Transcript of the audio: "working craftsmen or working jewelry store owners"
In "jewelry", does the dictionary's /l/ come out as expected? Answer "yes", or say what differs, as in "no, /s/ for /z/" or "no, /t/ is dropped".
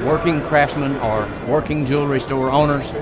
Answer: yes